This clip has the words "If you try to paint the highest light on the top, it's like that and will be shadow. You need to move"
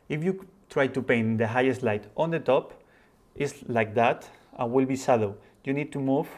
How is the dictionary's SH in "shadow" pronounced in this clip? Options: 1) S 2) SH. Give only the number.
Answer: 1